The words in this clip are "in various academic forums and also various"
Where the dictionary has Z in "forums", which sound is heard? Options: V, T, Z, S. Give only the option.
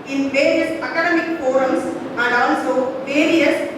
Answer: S